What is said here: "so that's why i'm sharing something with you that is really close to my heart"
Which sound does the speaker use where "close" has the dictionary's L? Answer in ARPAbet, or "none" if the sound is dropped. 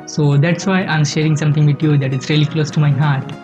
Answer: L